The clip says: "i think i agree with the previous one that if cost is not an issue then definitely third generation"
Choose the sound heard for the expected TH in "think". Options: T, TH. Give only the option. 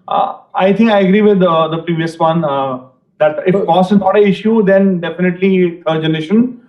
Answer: T